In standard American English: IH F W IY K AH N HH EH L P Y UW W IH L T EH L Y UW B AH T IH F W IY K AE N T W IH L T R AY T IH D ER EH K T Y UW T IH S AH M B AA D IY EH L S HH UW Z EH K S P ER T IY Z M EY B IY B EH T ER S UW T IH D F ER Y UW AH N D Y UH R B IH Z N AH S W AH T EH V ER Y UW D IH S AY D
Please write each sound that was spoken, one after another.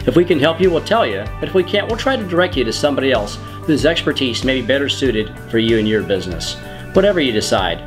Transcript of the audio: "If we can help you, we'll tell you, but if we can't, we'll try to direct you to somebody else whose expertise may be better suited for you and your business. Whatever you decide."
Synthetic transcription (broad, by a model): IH F W IY K AH N HH EH L P Y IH W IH L T EH L Y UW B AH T IH F W IY K AE N T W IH L T R AY T IH D ER EH K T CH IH T IH S AH M B AA D IY EH L S HH UW Z EH K S P ER T IY Z M EY B IY B EH T ER S UW T IH D F ER Y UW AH N Y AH R B IH Z N AH S W AH T EH V ER Y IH D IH S AY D